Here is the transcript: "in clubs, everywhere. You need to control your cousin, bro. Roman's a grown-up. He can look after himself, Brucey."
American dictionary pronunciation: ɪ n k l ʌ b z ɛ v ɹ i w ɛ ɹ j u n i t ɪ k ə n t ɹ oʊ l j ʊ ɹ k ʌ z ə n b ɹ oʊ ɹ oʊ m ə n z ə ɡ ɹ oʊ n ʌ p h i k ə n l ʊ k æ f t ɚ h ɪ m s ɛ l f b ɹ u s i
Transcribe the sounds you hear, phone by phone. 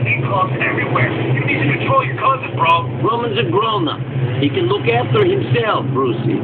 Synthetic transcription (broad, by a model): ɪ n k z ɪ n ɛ v ɹ i w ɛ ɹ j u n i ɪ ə t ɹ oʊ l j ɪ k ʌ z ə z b ɹ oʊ ɹ oʊ m ə n z ə ɡ ɹ oʊ n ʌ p h i k ə n l ʊ k æ f t ɚ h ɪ m s ɛ l f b ɹ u s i